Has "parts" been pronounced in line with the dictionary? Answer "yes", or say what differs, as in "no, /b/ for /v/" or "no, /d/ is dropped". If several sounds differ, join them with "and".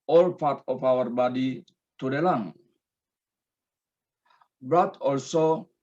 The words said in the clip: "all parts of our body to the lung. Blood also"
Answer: no, /s/ is dropped